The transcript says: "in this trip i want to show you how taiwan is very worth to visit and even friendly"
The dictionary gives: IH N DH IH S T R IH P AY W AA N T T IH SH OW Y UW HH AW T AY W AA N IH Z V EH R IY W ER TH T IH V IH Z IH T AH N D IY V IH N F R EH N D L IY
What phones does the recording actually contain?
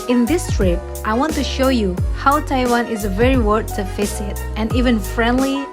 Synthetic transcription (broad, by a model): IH N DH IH S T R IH P AY W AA N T T IH SH OW Y UW HH AW T AY W AA N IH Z V EH R IY W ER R T IH F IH S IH T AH N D IY V IH N F R EH N D L IY